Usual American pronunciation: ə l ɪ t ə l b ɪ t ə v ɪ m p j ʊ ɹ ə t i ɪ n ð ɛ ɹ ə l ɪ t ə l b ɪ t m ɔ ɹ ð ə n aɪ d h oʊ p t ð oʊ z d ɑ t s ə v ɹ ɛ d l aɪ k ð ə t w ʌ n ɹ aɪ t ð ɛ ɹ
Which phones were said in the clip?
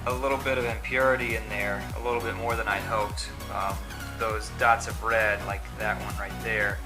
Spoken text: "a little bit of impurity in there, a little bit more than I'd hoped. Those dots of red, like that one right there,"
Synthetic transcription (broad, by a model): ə l ɪ t l b ɪ t ə v ɪ m p j ʊ ɹ ə t i ɪ n ð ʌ ɹ ə l ɪ t l b ɪ t m ɔ ɹ ð ə n aɪ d h oʊ p t ð oʊ z d ɑ t s ə v ɹ ɛ d l aɪ k ð ə t w ʌ n ɹ aɪ t ð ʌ ɹ